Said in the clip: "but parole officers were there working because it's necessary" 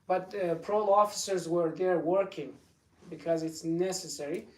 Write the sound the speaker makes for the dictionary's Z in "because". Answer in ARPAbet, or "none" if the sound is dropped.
Z